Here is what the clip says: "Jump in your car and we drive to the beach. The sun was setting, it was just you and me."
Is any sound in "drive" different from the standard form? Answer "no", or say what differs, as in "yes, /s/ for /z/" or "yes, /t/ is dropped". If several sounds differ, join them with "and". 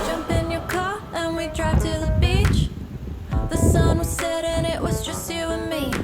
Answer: yes, /b/ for /v/